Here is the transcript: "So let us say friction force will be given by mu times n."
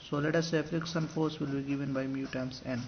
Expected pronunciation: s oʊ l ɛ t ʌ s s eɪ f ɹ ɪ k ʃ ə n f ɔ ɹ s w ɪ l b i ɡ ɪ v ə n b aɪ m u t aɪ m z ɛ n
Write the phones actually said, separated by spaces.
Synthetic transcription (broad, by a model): s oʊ l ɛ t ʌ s s eɪ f ɹ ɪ k s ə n f ɔ ɹ s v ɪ l b i ɡ ɪ v ə n b aɪ m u t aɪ m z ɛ n